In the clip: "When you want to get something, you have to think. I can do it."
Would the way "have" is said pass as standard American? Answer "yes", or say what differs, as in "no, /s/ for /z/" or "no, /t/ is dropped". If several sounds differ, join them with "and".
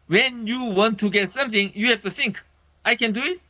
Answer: no, /f/ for /v/